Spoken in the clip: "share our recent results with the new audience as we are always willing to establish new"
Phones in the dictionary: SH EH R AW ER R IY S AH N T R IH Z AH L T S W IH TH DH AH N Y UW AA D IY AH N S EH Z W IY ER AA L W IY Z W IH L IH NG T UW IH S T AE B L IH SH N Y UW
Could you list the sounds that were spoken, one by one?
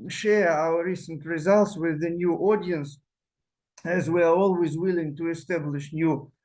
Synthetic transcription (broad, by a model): SH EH R AW ER R IY S AH N T R IH Z AH L T S W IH DH AH N Y UW AA D IY AH N S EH Z W IY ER AA L W IY Z W IH L IH NG T UW IH S T AE B L IH SH N Y UW